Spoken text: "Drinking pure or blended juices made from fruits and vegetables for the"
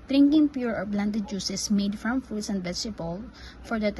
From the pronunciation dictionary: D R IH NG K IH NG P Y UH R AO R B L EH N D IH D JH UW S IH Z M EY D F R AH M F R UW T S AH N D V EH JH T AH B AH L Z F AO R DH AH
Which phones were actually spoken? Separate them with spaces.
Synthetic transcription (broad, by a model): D R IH NG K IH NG P Y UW R AO R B L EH N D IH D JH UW S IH S M EY D F R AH M F UW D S AH N D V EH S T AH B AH L F AO R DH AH